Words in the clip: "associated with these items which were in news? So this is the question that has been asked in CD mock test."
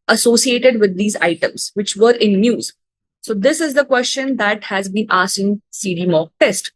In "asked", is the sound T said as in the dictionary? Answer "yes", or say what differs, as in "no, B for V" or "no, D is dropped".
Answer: no, T is dropped